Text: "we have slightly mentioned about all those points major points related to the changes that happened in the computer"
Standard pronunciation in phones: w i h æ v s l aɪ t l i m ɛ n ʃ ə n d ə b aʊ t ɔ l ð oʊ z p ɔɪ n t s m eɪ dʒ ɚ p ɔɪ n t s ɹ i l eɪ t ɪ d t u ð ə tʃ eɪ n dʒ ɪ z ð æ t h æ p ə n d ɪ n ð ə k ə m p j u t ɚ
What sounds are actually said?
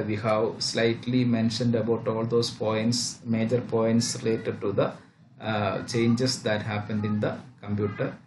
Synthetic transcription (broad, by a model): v i h æ v s l aɪ t l i m ɛ n ʃ ə n d ə b aʊ t ɔ l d oʊ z p ɔɪ n t s m eɪ dʒ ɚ p ɔɪ n t s ɹ i l eɪ t ɪ d t u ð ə tʃ eɪ n dʒ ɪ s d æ t h æ p ə n d ɪ n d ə k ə m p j u t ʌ